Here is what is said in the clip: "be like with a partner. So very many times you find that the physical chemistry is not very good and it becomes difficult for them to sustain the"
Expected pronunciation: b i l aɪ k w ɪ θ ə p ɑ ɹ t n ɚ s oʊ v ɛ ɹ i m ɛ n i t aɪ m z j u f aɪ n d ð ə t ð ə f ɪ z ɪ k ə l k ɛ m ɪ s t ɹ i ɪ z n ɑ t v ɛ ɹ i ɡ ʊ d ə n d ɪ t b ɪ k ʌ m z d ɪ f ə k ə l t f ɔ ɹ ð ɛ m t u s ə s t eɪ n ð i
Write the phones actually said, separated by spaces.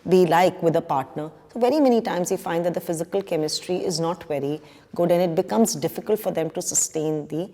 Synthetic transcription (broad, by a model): b i l aɪ k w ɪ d ə p ɑ ɹ t n ɚ s oʊ v ɛ ɹ i m ɛ n i t aɪ m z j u f aɪ n d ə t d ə f ɪ z ɪ k ə l k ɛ m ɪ s t ɹ i ɪ z n ɑ t v ɛ ɹ i ɡ ʊ d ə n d ɪ t b ɪ k ʌ m z d ɪ f ə k ə l t f ɔ ɹ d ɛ m t u s ə s t eɪ n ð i